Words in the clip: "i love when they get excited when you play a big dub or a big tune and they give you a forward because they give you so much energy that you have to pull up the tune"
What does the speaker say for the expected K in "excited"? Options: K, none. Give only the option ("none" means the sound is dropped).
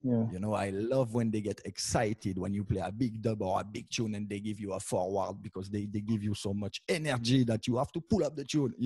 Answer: K